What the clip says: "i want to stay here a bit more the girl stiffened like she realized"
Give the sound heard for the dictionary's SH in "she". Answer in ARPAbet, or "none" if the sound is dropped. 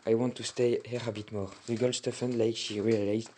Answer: SH